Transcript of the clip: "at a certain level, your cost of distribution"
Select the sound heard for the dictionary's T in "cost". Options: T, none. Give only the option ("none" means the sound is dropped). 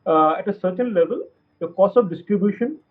none